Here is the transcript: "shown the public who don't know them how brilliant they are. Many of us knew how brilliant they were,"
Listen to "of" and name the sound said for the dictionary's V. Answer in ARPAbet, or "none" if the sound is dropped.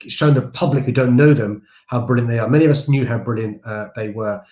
V